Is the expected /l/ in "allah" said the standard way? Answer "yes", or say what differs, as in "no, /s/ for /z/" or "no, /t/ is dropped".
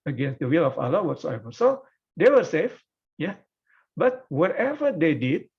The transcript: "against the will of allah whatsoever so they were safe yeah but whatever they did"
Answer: yes